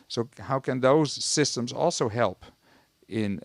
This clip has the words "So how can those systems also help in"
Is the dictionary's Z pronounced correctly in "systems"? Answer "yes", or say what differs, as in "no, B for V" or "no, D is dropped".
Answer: yes